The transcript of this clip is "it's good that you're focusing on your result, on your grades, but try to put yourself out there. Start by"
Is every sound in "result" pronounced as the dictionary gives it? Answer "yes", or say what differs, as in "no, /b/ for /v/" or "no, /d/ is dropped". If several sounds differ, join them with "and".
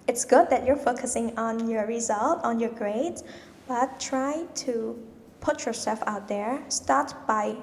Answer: yes